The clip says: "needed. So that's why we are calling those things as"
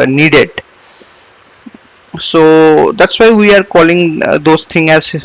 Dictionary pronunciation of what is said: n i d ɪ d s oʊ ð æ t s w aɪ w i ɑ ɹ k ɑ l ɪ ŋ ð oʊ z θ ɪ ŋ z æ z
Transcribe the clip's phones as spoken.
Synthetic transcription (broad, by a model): n i d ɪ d s oʊ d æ t s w aɪ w i ɑ ɹ k ɑ l ɪ ŋ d oʊ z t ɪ ŋ æ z